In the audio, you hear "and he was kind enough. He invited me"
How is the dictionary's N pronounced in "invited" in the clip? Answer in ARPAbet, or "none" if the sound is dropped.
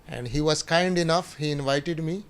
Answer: N